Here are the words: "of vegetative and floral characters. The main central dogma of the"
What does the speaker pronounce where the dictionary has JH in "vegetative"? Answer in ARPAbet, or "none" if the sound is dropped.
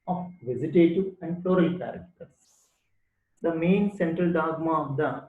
Z